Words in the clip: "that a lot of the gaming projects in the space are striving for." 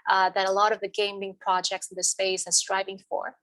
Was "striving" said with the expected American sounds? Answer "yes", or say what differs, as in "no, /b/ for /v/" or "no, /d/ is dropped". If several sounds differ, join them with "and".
yes